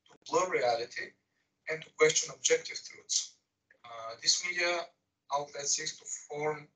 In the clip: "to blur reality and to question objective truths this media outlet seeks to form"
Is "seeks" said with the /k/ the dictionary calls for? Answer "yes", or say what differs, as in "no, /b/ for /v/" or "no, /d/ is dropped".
no, /k/ is dropped